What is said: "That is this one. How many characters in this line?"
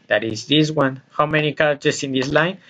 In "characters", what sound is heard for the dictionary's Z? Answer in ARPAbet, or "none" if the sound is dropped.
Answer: S